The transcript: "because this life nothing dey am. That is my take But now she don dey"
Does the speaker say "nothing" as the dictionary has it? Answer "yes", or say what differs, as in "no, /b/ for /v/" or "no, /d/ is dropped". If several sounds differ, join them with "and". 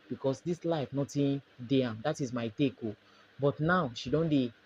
no, /t/ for /θ/